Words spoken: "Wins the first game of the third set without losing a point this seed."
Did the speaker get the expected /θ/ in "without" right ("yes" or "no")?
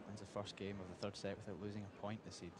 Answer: yes